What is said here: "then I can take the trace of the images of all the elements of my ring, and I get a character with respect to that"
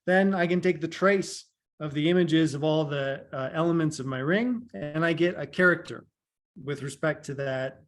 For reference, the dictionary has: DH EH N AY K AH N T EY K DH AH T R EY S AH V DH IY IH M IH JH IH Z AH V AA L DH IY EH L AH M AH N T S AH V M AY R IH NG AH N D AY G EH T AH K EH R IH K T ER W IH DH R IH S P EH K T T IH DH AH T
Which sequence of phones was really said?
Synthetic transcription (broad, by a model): DH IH N AY K AH N T EY K DH AH T R EY S AH V DH IY IH M IH JH IH Z AH V AA L DH IY EH L AH M AH N T S AH V M AY R IH NG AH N AY G EH T AH K EH R IH K T ER W IH DH R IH S P EH K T T IH DH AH T